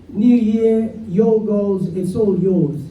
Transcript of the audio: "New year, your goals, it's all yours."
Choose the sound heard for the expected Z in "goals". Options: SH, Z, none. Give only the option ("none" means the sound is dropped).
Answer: Z